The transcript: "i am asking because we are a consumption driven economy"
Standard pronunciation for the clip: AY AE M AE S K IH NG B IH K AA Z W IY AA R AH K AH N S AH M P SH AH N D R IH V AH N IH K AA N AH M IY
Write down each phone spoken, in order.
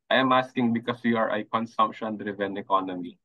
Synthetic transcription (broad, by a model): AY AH M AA S K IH NG B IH K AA S W IY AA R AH K AH N S AH M P SH AH N D R IH V AH N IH K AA N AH M IY